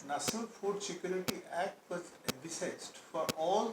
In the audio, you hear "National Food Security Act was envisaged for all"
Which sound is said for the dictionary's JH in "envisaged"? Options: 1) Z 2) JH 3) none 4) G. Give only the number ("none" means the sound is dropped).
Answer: 1